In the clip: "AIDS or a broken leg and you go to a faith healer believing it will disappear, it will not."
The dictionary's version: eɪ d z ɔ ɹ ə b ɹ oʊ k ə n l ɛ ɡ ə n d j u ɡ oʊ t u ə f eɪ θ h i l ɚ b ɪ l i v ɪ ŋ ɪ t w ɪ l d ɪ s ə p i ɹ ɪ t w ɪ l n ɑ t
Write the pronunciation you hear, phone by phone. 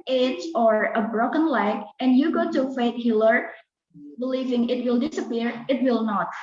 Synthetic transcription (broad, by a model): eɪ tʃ ɔ ɹ ə b ɹ oʊ k ə n l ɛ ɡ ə n j u ɡ oʊ t u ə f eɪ t h i l ɚ b ɪ l i v ɪ ŋ ɪ t w ɪ l d ɪ s ə p i ɹ ɪ t w ɪ l n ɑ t